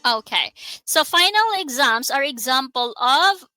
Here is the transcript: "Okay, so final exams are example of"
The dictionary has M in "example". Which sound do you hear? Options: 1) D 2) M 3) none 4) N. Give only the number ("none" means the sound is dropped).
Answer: 2